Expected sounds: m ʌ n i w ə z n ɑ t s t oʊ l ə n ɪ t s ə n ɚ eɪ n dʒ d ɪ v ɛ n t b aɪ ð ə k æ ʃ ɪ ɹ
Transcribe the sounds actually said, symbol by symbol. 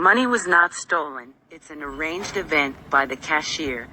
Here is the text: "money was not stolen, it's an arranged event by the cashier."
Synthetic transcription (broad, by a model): m ʌ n i w ə z n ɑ t s t oʊ l ə n ɪ t s ə n ɚ eɪ n dʒ d ɪ v ɛ n t b aɪ ð ə k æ ʃ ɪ ɹ